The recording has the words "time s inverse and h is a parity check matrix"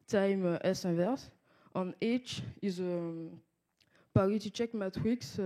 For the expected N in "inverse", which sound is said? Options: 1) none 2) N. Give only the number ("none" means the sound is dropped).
1